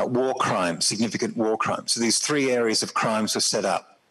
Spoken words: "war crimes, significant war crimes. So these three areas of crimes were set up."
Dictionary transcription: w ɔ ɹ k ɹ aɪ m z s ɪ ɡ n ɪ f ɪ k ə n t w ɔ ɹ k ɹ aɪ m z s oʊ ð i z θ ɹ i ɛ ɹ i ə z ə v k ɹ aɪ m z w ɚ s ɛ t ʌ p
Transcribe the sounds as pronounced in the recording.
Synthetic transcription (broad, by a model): w ɔ k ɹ aɪ m s ɪ ɡ n ɪ f ɪ k ə n t w ɔ k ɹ aɪ m s oʊ ð i z θ ɹ i ɛ ɹ i ə z ə v k ɹ aɪ m z w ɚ s ɛ t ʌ p